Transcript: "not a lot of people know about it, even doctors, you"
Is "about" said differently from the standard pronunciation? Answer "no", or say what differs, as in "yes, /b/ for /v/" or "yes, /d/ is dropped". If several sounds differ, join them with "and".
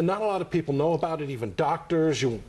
no